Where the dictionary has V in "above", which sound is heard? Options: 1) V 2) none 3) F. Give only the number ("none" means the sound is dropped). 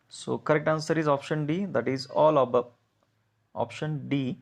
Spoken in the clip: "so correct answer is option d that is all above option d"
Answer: 2